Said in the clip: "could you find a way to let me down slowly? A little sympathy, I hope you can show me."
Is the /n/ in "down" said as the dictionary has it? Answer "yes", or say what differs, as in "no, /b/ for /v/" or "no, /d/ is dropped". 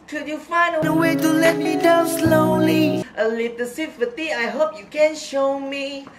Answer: no, /l/ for /n/